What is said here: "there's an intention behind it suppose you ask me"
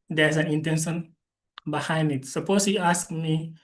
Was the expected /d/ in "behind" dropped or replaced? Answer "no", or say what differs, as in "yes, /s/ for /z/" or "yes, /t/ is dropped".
yes, /d/ is dropped